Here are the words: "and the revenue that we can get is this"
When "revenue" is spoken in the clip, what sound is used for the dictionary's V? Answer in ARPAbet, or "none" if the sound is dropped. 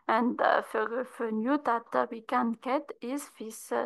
F